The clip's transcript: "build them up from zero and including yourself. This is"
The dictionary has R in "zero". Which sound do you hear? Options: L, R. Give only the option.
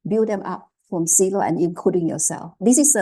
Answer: L